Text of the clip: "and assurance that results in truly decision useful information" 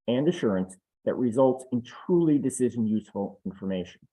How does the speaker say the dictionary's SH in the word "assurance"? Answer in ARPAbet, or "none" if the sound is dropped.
SH